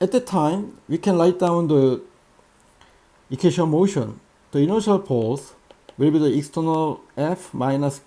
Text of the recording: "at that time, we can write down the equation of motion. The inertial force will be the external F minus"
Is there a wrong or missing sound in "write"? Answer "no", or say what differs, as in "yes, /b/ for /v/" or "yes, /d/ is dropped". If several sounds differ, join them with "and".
yes, /l/ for /ɹ/